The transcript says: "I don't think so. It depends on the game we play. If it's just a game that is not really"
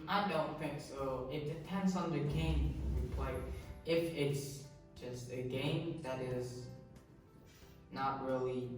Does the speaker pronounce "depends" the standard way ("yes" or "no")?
yes